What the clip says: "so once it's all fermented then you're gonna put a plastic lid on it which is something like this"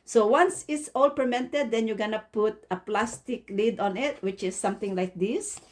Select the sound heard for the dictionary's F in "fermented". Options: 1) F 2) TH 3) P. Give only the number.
3